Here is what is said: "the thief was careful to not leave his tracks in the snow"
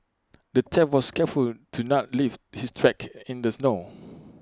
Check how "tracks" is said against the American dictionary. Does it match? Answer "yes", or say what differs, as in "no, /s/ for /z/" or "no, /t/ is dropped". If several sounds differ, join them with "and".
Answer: no, /s/ is dropped